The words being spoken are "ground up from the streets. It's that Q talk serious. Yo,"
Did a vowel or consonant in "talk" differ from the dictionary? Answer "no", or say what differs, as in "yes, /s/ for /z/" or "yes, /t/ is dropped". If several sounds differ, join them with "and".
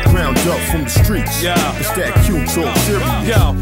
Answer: yes, /s/ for /t/